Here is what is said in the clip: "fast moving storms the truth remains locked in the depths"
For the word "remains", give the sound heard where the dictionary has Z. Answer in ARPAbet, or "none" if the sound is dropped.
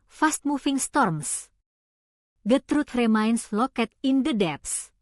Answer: S